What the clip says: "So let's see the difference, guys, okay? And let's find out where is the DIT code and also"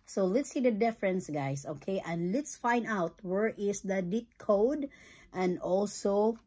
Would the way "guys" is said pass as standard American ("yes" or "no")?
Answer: no